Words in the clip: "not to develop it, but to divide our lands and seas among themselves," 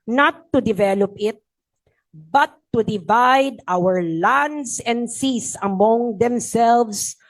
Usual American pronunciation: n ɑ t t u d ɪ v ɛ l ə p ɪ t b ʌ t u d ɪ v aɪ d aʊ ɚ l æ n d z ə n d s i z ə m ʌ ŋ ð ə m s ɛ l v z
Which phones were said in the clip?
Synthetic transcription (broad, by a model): n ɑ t t u d ɪ v ɛ l ə p ɪ t b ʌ t u d ɪ v aɪ d aʊ ɚ l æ n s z ə n d s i s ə m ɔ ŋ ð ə m s ɛ l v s